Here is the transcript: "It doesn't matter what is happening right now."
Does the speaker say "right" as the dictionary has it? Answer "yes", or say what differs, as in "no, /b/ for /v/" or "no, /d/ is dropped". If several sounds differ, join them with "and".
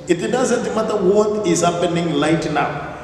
no, /l/ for /ɹ/